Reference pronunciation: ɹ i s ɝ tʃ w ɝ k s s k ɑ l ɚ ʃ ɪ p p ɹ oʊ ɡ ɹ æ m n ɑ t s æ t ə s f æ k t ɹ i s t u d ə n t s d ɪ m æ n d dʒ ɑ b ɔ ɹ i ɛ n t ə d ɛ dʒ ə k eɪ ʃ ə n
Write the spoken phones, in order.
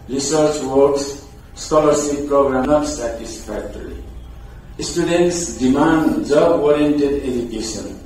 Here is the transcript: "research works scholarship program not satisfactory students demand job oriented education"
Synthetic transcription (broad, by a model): ɹ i s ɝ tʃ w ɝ k s s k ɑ l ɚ s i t p ɹ oʊ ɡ ɹ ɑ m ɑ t s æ t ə s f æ k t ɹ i s t u d ə n t s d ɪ m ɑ n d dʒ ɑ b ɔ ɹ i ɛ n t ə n ɛ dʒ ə k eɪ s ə n